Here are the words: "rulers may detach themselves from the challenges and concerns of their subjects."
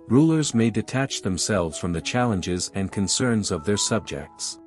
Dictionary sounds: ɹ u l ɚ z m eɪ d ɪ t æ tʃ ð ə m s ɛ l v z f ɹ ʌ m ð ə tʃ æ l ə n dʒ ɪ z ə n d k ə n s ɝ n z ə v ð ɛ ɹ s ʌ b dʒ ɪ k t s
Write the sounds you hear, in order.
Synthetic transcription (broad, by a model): ɹ u l ɚ z m eɪ d ɪ t æ tʃ ð ə m s ɛ l v z f ɹ ʌ m ð ə tʃ æ l ə n dʒ ɪ z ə n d k ə n s ɝ n z ə v ð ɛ ɹ s ʌ b dʒ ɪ k t s